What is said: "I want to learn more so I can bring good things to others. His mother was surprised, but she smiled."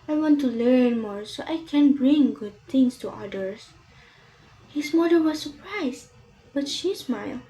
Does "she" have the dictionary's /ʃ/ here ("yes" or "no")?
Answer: yes